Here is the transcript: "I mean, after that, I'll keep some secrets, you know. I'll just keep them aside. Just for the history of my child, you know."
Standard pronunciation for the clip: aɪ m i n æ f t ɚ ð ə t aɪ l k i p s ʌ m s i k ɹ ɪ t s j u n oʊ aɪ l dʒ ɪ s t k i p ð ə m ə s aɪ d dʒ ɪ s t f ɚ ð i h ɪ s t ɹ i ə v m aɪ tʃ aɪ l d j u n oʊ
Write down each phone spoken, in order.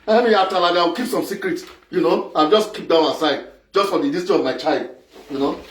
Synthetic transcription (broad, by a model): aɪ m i ɑ t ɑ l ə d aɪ w k i p s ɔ m s i k ɹ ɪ t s j u n oʊ aɪ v dʒ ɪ s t k i p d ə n ə s aɪ d dʒ ɪ s t f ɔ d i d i s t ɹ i ə v m aɪ tʃ aɪ l d j u n oʊ